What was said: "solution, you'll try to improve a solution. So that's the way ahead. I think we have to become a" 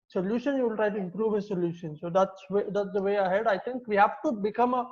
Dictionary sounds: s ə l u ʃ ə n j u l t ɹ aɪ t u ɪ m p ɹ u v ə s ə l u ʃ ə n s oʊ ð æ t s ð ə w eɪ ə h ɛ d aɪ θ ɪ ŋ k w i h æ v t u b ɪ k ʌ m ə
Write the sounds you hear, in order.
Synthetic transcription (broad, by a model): s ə l u ʃ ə n j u l t ɹ aɪ t u ɪ m p ɹ u v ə s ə l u ʃ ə n s oʊ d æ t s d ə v eɪ ə h ɛ d aɪ t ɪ ŋ k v i h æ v t u b ɪ k ʌ m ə